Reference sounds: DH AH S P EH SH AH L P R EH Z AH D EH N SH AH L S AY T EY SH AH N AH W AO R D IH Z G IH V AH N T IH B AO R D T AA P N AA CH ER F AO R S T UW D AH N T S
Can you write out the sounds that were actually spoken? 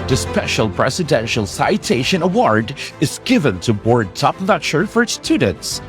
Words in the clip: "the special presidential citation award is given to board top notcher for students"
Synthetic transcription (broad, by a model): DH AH S P EH SH AH L P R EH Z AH D EH N SH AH L S AY T EY SH AH N AH W AO R D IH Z G IH V AH N T IH B AO R D T AA P L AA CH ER F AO R S T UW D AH N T S